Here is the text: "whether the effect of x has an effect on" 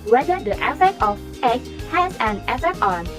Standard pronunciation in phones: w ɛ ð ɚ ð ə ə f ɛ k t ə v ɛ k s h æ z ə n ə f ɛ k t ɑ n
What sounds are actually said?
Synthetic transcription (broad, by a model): w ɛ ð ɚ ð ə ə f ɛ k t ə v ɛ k h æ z ə n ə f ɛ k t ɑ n